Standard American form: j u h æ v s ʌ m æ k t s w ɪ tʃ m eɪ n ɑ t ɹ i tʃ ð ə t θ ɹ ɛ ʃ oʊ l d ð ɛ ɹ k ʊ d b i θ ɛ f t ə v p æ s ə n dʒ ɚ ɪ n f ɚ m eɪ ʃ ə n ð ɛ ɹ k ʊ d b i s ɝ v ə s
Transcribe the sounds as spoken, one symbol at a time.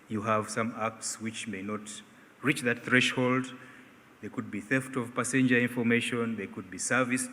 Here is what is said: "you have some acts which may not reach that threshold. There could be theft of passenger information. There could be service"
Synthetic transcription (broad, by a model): j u h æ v s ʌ m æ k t s w ɪ tʃ m eɪ n ɑ t ɹ i tʃ ð ə t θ ɹ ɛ ʃ oʊ l d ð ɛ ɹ k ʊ d b i θ ɛ f t ə v p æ s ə n dʒ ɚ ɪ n f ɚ m eɪ ʃ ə n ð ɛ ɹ k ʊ d b i s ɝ v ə s